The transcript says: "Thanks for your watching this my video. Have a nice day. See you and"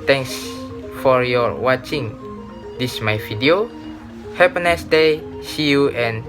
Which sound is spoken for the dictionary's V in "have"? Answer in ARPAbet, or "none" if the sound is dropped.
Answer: P